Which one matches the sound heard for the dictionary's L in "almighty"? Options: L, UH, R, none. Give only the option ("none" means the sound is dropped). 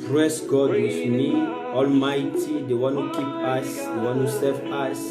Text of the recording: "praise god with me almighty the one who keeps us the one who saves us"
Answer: L